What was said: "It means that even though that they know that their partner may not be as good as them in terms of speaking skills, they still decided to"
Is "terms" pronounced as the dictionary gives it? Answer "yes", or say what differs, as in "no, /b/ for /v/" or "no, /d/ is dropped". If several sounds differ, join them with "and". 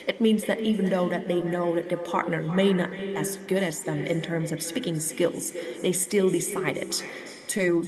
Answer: yes